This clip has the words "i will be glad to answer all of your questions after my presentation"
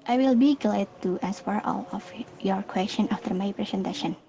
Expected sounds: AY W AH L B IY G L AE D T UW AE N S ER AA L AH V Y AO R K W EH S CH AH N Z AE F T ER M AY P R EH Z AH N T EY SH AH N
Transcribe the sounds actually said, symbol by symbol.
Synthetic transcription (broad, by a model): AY W AH L B IY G L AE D T UW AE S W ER AA L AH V Y AO R K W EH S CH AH N AA F T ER M AY P R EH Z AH N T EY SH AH N